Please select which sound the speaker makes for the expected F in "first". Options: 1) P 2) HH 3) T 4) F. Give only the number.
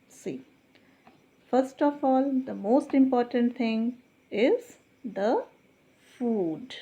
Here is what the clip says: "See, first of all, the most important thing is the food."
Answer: 4